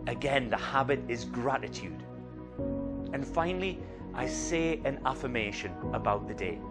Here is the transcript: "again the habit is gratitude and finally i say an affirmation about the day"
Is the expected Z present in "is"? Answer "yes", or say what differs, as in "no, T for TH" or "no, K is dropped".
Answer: yes